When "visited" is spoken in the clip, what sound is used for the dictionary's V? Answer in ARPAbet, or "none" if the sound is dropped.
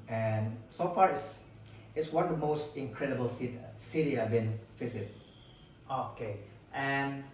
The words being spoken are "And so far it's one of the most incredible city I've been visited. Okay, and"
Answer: F